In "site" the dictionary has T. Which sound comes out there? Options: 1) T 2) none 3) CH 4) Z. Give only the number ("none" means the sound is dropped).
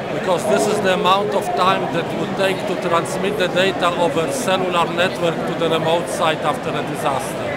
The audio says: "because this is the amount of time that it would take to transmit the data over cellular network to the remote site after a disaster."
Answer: 1